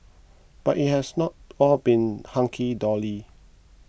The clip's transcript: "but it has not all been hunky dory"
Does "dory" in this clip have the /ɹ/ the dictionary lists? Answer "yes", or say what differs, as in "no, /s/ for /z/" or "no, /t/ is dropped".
no, /l/ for /ɹ/